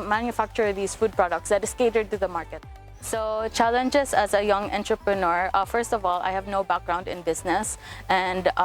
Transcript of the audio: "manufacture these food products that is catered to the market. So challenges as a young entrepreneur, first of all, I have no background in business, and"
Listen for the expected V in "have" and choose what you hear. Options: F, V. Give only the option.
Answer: V